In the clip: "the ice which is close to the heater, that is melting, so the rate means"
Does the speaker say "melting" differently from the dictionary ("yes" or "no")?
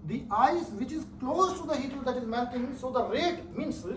yes